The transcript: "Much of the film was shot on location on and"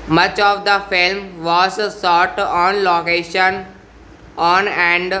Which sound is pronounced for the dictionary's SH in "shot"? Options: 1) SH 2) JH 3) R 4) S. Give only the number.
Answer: 4